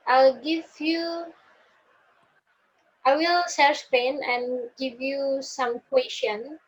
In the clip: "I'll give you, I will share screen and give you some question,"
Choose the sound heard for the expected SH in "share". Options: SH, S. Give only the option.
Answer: S